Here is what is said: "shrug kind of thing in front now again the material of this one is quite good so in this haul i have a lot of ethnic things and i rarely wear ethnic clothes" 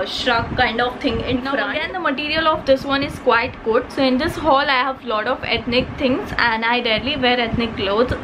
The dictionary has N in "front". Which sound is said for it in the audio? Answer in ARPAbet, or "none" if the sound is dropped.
none